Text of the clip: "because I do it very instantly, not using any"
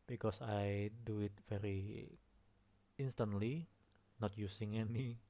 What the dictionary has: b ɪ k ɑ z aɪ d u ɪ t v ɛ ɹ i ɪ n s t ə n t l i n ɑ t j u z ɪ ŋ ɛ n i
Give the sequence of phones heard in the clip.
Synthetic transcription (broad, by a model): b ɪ k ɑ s aɪ d u ɪ t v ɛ ɹ i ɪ n s t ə n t l i n ɑ t j u s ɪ ŋ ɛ n i